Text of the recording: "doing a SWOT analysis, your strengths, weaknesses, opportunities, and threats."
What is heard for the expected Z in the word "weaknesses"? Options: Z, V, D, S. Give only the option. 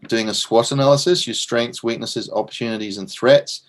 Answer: Z